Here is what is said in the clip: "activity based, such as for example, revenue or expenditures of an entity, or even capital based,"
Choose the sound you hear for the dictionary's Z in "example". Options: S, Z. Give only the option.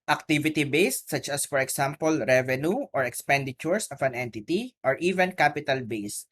S